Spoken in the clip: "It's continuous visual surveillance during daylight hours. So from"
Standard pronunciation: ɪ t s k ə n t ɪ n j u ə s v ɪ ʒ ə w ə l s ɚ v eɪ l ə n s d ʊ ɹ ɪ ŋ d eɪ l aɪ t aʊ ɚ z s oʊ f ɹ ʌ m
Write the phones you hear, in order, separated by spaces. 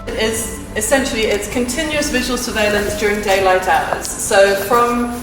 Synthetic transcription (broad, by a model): ɪ t s k ə n t ɪ n j u ə s v ɪ ʒ ə w ə l s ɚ v eɪ l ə n s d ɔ ɹ ɪ ŋ d eɪ l aɪ t aʊ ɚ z s oʊ f ɹ ʌ m